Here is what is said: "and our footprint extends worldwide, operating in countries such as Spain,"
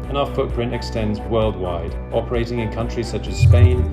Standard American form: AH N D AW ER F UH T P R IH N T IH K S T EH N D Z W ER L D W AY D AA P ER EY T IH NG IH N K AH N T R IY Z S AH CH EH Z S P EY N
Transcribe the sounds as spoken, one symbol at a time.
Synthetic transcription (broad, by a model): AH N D AW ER F UH T P R IH N T IH K S T EH N D Z W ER L D W AY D AA P ER EY T IH NG IH N K AH N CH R IY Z S AH CH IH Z S P EY N